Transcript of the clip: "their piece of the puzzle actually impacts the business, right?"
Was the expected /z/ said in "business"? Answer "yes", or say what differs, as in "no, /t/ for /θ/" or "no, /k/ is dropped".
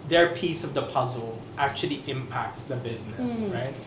yes